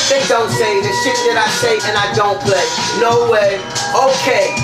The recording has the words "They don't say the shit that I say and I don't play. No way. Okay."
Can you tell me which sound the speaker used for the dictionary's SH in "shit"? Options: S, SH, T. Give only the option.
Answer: S